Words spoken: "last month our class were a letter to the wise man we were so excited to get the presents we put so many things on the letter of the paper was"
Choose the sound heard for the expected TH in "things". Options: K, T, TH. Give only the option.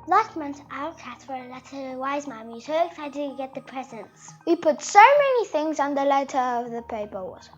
TH